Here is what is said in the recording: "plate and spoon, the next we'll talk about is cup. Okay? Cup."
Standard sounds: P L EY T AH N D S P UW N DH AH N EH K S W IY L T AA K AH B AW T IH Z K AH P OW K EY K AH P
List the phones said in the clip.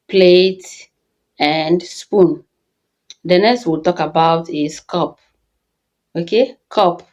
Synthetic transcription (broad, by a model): P L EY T AH N D S P UW N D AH N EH S W IY L T AA K AH B AW T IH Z K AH P OW K EY K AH P